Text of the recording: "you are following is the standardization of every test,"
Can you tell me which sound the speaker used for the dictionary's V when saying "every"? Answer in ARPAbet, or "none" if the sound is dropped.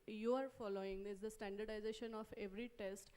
V